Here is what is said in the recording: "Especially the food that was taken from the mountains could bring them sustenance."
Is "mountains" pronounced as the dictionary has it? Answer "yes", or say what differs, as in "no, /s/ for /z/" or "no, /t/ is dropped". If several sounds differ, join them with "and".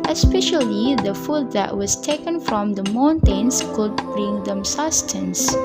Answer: no, /s/ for /z/